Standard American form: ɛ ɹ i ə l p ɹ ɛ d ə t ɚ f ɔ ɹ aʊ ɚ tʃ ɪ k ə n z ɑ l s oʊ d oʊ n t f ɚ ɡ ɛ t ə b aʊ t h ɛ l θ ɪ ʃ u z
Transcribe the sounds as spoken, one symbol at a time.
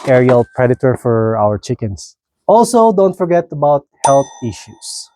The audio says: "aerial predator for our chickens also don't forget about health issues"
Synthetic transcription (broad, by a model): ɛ ɹ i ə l p ɹ ɛ d ə t ɚ f ɔ ɹ aʊ ɚ tʃ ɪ k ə n s ɑ l s oʊ d oʊ n t f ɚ ɡ ɛ t ə b aʊ t h ɛ l θ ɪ ʃ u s